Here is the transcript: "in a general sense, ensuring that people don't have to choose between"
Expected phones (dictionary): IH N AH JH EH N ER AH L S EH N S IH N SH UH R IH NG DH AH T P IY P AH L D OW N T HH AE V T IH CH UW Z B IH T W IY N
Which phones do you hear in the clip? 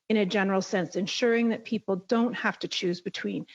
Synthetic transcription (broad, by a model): IH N AH JH EH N ER L S EH N S IH N SH UH R IH NG DH AH T P IY P L D OW N T HH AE F T IH CH UW Z B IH T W IY N